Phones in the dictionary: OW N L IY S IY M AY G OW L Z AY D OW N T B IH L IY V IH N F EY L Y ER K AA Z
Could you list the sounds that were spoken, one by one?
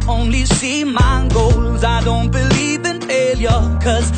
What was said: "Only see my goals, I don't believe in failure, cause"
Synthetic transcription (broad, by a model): OW N L IY S IY M AY G OW L Z AY D OW N T B IH L IY V IH N F EY L Y ER K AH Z